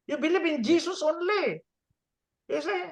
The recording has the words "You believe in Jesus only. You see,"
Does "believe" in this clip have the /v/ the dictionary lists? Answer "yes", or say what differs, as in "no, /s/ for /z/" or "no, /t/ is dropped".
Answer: no, /b/ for /v/